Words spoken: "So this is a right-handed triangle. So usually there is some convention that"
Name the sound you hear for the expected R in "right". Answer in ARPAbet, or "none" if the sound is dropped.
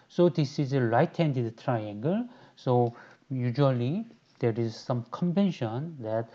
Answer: L